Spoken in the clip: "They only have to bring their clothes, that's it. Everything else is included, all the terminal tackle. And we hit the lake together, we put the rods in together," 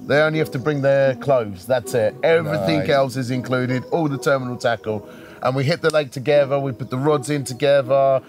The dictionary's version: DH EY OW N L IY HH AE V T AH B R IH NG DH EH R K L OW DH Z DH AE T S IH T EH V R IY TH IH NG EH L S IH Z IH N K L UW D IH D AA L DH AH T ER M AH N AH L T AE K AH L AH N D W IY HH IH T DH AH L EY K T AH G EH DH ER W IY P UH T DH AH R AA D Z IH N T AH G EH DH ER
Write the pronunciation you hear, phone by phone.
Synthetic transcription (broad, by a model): DH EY OW N L IY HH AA F T AH B R IH NG DH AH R K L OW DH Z DH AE T S IH T EH V R IY TH IH NG EH L S IH Z IH N K L UW D IH D AA L DH AH T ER M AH N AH L T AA K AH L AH N W IY HH IH T DH AH L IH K T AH G EH DH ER W IY P UH T DH AH R AA D Z IH N T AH G EH DH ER